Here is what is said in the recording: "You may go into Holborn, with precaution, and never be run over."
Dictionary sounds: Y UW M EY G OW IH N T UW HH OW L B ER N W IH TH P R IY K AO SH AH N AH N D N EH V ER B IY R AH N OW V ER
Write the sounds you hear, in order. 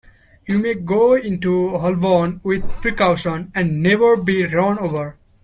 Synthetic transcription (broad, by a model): Y UW M EY G OW IH N T UW HH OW L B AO N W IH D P R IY K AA S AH N AH N D N EH V ER B IY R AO N OW V ER